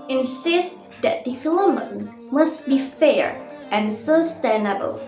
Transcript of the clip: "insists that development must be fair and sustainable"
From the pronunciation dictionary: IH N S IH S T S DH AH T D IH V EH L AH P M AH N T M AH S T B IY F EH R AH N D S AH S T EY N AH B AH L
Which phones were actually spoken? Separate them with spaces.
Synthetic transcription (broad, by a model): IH N S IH S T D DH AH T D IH F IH L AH M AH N M AH S T B IY F EH R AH N S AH S T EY N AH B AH L